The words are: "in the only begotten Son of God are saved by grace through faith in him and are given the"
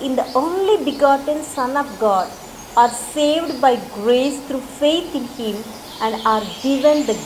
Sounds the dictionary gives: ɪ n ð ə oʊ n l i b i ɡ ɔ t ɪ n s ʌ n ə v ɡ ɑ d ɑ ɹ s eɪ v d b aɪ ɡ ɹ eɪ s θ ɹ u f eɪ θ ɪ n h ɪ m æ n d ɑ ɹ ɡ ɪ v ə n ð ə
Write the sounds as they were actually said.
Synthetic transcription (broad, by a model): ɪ n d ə oʊ n l i b i ɡ ɔ t ɪ n s ʌ n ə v ɡ ɑ d ɑ ɹ s eɪ v d b aɪ ɡ ɹ eɪ s t ɹ u f eɪ t ɪ n h ɪ m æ n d ɑ ɹ ɡ ɪ v ə n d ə